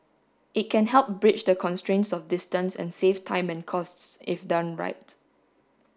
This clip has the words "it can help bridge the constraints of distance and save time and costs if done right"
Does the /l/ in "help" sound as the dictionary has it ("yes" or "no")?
yes